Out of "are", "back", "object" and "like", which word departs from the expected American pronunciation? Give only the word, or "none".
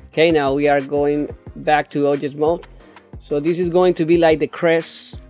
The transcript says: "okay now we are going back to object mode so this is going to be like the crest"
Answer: object